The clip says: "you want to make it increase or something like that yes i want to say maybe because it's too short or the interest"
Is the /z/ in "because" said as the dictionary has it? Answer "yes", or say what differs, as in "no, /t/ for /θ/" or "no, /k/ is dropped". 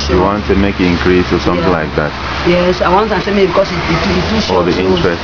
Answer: no, /z/ is dropped